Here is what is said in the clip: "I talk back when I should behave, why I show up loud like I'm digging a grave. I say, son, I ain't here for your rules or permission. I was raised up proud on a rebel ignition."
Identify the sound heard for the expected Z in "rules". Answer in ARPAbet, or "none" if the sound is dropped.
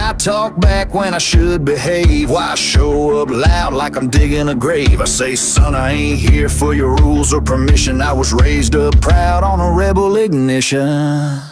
Z